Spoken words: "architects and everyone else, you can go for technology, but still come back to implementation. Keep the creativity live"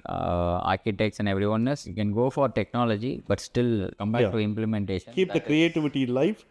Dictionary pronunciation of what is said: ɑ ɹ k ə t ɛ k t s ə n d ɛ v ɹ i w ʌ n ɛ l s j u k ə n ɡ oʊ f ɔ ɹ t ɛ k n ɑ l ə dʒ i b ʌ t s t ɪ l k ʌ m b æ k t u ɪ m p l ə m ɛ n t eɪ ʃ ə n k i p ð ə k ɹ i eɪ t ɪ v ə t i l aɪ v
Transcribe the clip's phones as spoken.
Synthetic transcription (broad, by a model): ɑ ɹ k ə t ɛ k s ə n d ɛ v ɹ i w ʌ n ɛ s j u k ə n ɡ oʊ f ɔ ɹ t ɛ k n ɑ l ə dʒ i b ʌ t s t ɪ l k ʌ m t u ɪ m p l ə m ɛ n t eɪ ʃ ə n k i p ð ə k ɹ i eɪ t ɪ v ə t i l aɪ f